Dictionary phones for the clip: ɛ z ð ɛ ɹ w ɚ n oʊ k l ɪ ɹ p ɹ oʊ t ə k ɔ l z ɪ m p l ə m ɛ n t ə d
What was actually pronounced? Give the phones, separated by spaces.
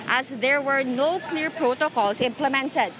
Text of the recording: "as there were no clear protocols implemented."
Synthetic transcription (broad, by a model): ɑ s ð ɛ ɹ w ɚ n oʊ k l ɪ ɹ p ɹ oʊ t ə k ɔ l s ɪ m p l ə m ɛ n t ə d